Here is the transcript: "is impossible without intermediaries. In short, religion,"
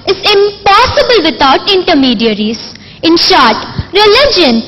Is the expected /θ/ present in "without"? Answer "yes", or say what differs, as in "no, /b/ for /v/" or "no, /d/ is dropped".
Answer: no, /t/ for /θ/